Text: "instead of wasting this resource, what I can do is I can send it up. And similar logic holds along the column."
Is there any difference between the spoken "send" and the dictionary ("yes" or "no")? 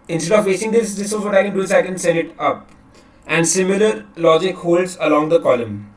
yes